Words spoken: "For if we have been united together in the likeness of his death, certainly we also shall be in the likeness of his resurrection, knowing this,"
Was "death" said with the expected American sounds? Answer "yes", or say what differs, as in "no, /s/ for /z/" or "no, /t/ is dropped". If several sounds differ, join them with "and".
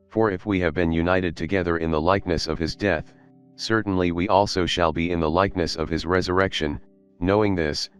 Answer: yes